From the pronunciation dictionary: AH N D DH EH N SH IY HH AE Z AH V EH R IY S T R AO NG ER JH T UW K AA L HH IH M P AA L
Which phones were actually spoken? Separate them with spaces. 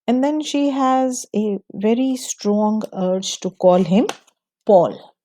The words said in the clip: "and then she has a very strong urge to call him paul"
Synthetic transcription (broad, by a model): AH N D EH N SH IY HH AE Z AH V EH R IY S T R AO NG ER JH T UW K AA L HH IH M P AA L